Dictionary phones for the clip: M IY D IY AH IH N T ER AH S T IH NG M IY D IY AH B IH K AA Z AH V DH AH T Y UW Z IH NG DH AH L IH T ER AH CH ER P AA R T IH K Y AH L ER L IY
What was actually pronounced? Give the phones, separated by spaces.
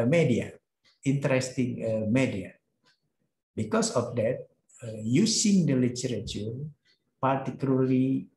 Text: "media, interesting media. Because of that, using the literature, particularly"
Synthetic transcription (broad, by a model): M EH D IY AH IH N T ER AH S T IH NG M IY D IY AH B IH K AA S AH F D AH T Y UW S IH NG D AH L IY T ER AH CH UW P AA R T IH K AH L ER L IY